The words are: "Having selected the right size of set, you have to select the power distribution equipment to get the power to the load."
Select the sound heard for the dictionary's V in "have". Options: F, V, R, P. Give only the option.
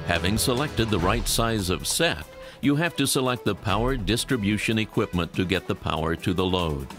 F